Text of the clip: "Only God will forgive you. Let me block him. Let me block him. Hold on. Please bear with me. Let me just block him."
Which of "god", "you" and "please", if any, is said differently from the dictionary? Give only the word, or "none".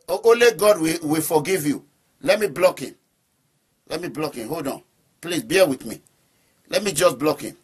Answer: please